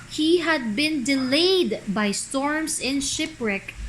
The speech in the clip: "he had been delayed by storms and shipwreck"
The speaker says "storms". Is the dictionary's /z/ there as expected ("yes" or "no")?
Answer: no